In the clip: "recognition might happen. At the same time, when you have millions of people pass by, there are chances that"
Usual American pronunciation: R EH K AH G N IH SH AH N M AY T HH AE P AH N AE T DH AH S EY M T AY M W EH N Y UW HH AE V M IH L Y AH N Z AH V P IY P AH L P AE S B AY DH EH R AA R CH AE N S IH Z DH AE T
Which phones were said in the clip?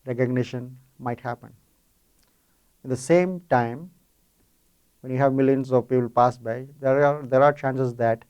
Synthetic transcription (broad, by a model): R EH K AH G N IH SH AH N M AY T HH AE P AH N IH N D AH S EY M T AY M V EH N Y UW HH AE V M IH L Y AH N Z AH V P IY P AH L P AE S B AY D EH R AA R CH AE N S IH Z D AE T